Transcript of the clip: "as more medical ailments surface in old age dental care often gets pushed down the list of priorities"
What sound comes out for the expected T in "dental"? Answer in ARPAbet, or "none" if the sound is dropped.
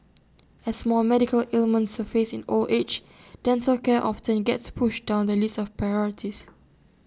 S